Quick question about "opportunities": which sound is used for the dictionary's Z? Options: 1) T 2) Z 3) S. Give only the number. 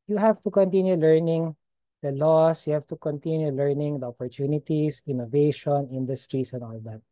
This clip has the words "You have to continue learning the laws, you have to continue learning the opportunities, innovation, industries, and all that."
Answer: 3